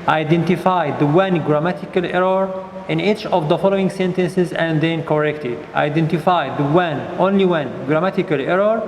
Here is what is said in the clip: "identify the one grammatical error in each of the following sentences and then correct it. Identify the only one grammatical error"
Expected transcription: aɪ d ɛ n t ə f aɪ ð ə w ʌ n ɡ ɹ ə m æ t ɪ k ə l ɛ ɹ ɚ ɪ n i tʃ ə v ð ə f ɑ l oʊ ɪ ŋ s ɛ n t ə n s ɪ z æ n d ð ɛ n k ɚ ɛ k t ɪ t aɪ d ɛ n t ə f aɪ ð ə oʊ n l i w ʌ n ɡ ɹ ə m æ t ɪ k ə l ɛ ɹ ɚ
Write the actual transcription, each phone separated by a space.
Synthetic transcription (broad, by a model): aɪ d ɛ n t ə f aɪ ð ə w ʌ n ɡ ɹ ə m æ t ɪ k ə l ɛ ɹ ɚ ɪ n i tʃ ə v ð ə f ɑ l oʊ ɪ ŋ s ɛ n t ə n s ɪ z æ n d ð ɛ n k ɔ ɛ k t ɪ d aɪ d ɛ n t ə f aɪ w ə oʊ n l i w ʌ n ɡ ɹ ə m æ t ɪ k ə l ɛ ɹ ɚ